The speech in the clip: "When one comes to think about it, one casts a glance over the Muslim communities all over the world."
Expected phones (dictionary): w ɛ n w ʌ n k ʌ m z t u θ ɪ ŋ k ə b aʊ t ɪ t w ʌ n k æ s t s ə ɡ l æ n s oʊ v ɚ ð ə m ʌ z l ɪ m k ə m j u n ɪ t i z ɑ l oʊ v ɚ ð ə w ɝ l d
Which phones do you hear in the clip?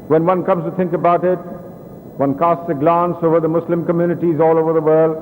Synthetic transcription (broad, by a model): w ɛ n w ʌ n k ʌ m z t u t ɪ ŋ k ə b aʊ t ɪ t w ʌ n k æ s t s ə ɡ l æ n s oʊ v ɚ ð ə m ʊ s l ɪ m k ə m j u n ɪ t i z ɑ l oʊ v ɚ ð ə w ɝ l d